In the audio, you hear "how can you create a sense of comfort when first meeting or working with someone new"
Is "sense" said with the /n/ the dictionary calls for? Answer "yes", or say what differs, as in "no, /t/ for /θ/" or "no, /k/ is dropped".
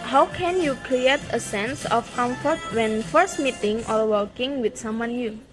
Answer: yes